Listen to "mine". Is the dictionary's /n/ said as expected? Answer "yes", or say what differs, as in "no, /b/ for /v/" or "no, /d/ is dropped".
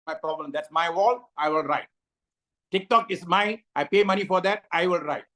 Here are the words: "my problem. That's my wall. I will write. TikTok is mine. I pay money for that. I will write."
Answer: no, /n/ is dropped